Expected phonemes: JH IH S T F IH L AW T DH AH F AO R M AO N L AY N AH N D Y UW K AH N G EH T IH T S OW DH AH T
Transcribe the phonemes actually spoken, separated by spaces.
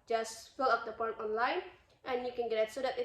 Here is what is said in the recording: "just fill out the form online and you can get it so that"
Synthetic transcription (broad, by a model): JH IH S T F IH L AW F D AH P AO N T AO N L AY N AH N Y UW K AH N G EH T IH T S OW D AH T